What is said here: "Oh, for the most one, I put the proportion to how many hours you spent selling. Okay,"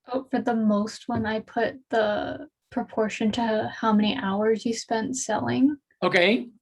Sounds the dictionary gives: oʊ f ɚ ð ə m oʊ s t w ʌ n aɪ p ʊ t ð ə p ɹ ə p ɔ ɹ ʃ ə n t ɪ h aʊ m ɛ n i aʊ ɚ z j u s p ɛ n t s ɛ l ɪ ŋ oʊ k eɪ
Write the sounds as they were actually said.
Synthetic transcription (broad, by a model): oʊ f ɚ ð ə m oʊ s t w ʌ n aɪ p ʊ t ð ə p ɹ ə p ɔ ɹ ʃ ə n t ɪ h aʊ m ɛ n i aʊ ɚ z j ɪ s p ɛ n t s ɛ l ɪ ŋ oʊ k eɪ